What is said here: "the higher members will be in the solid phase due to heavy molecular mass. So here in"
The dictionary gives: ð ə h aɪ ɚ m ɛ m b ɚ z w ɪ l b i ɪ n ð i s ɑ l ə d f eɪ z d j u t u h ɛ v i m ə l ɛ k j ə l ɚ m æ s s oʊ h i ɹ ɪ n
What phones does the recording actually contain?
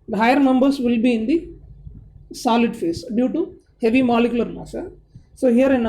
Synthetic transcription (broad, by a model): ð h aɪ ɚ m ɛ m b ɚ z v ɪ l b i ɪ n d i s ɑ l ə d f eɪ s d j u t u h ɛ v i m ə l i k j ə l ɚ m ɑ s s oʊ h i ɹ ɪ n